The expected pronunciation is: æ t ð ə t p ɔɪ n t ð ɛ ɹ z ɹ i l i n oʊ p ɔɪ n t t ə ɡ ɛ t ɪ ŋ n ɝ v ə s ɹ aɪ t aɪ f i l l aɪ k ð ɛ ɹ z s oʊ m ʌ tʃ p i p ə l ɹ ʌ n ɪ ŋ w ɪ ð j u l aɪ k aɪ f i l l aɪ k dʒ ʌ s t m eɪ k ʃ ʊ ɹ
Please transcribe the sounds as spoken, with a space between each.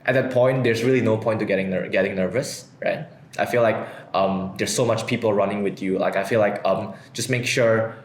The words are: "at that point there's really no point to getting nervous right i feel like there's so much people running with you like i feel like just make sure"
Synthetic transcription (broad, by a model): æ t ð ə t p ɔɪ n t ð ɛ ɹ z ɹ i l i n oʊ p ɔɪ n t t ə ɡ ɛ t ɪ ŋ n ɝ v ə s ɹ aɪ t aɪ f i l l aɪ k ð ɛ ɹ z s oʊ m ʌ tʃ p i p l ɹ ʌ n ɪ ŋ w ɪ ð j u l aɪ k aɪ f i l l aɪ k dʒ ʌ s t m eɪ k ʃ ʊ ɹ